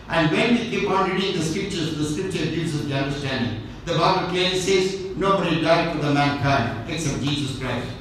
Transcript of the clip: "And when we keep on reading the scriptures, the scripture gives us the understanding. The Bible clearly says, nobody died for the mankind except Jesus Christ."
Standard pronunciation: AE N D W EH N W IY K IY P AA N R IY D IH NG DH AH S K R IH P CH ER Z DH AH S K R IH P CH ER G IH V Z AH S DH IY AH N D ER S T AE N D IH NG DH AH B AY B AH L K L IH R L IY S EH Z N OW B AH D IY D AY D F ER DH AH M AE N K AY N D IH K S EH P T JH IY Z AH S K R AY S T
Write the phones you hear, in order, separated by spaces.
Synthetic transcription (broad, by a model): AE N D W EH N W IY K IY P AA N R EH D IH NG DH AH S K R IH P CH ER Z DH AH S K R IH P CH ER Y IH Z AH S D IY AH N D ER S T AE N D IH NG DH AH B AY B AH L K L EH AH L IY S EH Z N OW B AH D IY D AY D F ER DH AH M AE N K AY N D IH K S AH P JH IY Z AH S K R AY S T